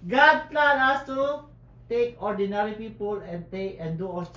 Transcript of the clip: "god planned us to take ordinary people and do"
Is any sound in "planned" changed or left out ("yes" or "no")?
yes